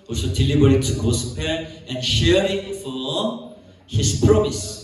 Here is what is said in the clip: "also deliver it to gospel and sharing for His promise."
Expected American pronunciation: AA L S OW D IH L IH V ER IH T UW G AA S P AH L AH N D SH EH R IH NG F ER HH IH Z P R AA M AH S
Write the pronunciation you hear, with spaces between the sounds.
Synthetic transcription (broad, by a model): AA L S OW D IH L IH B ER IH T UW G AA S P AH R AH N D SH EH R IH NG F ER HH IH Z P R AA M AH S